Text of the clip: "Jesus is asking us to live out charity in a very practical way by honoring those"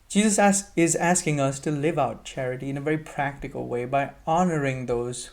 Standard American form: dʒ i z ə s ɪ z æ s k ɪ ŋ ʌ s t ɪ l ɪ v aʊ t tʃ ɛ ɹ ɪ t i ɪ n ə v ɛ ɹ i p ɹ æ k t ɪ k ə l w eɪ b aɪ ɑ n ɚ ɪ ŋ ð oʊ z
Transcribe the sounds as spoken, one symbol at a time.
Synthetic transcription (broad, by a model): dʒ i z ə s ɪ z æ s k ɪ ŋ ʌ s t ɪ l ɪ v aʊ t tʃ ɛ ɹ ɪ t i ɪ n ə v ɛ ɹ i p ɹ æ k t ɪ k ə l w eɪ b aɪ ɑ n ɚ ɪ ŋ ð oʊ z